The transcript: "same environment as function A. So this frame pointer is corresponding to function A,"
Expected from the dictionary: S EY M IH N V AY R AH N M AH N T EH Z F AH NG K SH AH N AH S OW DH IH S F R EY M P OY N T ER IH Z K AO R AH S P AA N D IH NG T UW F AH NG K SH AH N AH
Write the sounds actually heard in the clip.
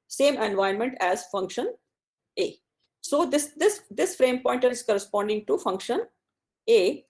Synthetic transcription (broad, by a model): S EY M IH N V AY AH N M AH N T EH Z F AH NG K SH AH N AH S OW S IH S F R EY M P OY N T ER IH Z K AO R AH S P AA N D IH NG T UW F AH NG K SH AH N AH